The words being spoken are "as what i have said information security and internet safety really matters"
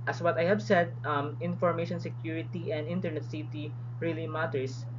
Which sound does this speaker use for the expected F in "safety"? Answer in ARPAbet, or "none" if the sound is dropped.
none